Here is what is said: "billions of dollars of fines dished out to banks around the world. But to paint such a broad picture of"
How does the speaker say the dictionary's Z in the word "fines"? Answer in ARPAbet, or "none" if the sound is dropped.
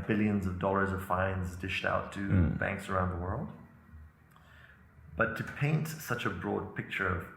Z